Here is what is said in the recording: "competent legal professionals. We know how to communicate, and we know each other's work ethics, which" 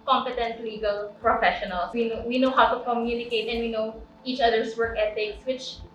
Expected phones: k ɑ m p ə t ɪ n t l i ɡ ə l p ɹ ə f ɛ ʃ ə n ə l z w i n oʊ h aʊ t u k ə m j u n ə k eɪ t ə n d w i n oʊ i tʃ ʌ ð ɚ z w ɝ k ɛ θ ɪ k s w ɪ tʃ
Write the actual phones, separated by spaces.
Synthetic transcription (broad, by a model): k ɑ m p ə t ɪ n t l i ɡ ə l p ɹ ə f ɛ ʃ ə n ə l s w i n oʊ h aʊ t u k ə m j u n ə k eɪ t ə n w i n oʊ i tʃ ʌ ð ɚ s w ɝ k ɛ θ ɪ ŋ s w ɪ tʃ